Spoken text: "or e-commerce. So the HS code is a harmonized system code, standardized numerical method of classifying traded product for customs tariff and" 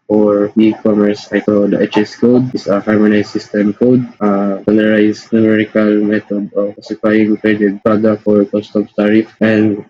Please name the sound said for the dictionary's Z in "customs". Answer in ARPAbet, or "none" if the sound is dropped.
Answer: none